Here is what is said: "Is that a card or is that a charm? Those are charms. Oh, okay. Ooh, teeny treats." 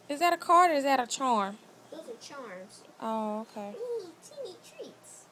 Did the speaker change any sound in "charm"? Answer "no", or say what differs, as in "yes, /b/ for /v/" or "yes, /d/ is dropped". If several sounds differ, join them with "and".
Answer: no